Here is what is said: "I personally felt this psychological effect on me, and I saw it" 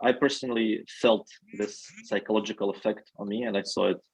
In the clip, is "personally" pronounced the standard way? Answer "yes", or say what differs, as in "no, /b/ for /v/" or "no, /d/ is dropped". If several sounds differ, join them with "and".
yes